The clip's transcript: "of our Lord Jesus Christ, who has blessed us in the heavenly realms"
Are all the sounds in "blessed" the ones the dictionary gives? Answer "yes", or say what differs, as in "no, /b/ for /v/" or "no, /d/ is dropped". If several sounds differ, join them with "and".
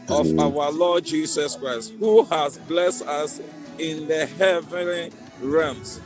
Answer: yes